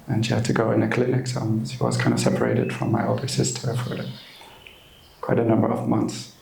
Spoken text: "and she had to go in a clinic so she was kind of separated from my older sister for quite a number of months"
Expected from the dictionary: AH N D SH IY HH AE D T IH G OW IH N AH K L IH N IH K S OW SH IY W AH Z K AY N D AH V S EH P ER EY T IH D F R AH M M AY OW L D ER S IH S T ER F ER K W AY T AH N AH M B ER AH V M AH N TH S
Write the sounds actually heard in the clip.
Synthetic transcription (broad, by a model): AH N SH IY HH AE D T IH G OW IH N AH K L IH N IH K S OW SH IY W AH Z K AY N D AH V S EH P ER EY T IH D F R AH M M AY OW L D ER S IH S T ER F ER K W AY T AH N AH M B ER AH V M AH N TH S